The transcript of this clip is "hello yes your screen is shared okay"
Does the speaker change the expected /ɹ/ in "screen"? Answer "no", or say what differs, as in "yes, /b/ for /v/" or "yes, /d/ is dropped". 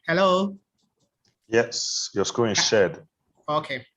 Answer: yes, /ɹ/ is dropped